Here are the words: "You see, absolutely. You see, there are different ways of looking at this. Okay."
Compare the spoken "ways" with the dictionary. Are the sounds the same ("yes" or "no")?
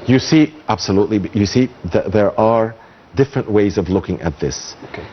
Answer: yes